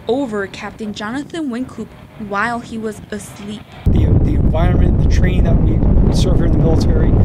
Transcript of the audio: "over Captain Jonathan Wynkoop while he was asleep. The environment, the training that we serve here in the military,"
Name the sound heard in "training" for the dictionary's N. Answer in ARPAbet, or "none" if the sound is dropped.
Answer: none